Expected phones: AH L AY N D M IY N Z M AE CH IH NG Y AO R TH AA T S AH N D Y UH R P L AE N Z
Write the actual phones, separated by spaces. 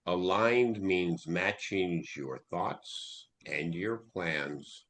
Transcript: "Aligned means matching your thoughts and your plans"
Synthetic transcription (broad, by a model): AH L AY N D M IY N Z M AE CH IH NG Y AO R TH AA T S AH N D Y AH R P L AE N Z